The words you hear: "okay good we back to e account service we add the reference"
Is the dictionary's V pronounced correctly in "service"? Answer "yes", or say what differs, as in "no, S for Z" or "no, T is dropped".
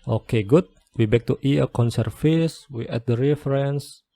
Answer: no, F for V